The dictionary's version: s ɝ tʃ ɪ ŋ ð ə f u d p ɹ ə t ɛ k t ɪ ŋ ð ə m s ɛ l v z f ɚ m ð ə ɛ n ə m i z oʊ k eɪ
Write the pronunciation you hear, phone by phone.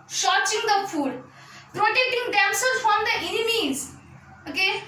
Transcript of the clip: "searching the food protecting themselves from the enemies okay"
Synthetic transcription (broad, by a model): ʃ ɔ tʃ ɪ ŋ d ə f u d p ɹ ə t ɛ k t ɪ ŋ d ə m s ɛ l z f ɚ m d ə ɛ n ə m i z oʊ k eɪ